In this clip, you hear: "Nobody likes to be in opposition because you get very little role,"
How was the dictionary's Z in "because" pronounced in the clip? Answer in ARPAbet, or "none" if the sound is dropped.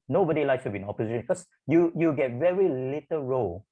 none